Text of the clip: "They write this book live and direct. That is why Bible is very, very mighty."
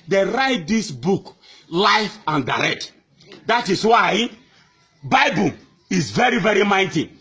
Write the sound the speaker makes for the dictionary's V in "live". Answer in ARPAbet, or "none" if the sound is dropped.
F